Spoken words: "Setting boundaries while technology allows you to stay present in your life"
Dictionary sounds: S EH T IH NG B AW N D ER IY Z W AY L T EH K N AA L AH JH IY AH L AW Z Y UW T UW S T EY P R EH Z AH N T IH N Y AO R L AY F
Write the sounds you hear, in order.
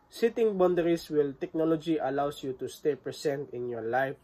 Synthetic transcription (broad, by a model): S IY T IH NG B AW N D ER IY S W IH L T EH K N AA L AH JH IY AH L AW S Y UW T UW S T EY P R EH S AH N T IH N Y AO R L AY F